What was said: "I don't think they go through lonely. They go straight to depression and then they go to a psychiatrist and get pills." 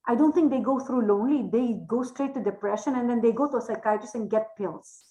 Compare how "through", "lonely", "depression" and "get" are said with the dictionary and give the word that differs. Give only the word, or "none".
through